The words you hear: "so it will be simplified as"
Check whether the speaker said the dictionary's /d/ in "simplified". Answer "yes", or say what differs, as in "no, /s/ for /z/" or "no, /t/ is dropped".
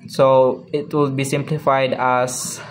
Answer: yes